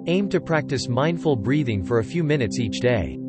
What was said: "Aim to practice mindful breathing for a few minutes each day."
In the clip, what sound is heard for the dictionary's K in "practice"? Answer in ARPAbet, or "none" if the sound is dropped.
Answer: K